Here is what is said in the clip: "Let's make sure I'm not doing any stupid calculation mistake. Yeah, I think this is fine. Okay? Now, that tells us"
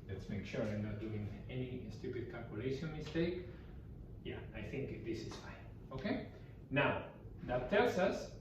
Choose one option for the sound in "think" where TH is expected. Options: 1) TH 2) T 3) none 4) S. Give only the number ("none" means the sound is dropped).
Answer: 1